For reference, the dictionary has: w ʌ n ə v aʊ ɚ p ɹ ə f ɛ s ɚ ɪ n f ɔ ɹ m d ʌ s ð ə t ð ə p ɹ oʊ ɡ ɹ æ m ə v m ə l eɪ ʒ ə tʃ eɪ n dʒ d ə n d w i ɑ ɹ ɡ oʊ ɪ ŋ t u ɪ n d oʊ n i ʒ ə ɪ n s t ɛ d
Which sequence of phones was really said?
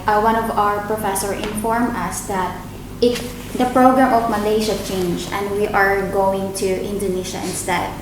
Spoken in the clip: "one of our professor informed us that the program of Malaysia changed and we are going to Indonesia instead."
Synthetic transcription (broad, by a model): w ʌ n ə v aʊ ɚ p ɹ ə f ɛ s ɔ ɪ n f ɔ ɹ m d ʌ s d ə t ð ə p ɹ oʊ ɡ ɹ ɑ m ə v m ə l eɪ ʃ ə tʃ eɪ n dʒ ə n d w i ɑ ɹ ɡ oʊ ɪ ŋ t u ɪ n d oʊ n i ʃ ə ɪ n s t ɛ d